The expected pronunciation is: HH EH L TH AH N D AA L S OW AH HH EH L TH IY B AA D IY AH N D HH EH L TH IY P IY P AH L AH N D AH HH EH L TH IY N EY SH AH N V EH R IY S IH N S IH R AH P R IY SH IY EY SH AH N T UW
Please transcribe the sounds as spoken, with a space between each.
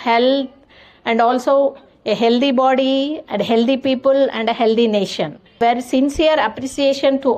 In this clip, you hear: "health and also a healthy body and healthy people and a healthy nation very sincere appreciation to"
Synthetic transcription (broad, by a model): HH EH L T AH N D AA L S OW AH HH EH L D IY B AA D IY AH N D HH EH L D IY P IY P AH L AH N D AH HH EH L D IY N EY SH AH N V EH R S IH N S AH R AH P R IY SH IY EY SH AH N T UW